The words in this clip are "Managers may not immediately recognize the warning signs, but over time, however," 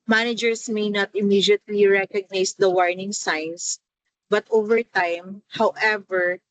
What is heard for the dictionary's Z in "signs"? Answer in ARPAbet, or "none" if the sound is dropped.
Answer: S